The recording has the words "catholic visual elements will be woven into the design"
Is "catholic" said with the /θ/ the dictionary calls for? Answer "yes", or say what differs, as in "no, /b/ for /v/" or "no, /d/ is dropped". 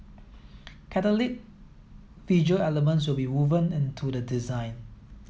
no, /t/ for /θ/